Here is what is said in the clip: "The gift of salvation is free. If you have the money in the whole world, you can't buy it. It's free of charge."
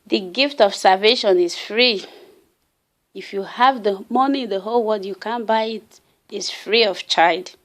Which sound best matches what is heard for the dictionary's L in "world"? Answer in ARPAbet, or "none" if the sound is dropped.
none